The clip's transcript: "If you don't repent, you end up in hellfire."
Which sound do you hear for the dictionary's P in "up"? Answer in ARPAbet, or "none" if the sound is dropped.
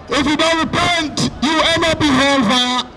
B